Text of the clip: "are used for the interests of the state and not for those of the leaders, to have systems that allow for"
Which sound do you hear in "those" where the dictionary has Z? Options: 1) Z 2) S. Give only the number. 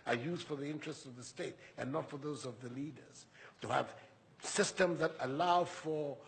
1